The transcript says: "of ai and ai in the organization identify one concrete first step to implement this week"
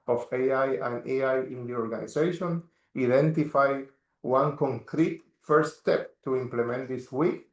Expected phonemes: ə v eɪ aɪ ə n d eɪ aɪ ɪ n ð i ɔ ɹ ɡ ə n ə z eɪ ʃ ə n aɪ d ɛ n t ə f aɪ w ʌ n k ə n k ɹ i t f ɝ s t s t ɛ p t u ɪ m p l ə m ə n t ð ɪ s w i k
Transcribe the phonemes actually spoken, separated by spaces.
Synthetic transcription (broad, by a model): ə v eɪ aɪ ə n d eɪ aɪ ɪ n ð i ɔ ɹ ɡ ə n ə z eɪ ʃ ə n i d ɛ n t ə f aɪ w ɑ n k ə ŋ k ɹ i t f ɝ t s t ɛ p t u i m p l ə m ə n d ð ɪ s w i k